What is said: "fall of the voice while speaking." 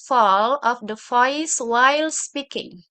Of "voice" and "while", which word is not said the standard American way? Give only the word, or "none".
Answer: voice